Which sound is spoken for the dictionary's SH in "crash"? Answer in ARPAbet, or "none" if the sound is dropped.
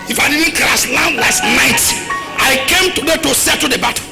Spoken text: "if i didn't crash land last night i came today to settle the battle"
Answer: S